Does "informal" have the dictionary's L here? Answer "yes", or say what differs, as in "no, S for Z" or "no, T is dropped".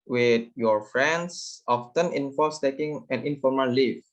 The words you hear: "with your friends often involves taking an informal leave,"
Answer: yes